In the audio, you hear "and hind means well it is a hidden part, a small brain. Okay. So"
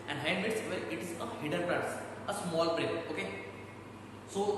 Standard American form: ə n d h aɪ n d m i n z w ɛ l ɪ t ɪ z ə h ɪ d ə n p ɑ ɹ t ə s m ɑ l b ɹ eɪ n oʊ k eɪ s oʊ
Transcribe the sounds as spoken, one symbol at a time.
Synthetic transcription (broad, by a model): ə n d h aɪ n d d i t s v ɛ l ɪ t ɪ z ə h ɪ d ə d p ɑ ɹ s ə s m ɑ l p ɹ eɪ oʊ k eɪ s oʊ